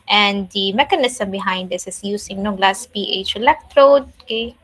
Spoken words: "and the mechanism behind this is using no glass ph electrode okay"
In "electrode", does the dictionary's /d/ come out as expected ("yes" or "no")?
yes